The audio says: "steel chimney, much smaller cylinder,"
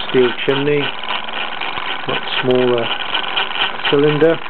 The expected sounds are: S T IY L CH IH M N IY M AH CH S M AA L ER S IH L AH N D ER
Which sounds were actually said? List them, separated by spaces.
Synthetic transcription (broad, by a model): S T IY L CH IH N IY M AH CH S M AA L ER S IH L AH N D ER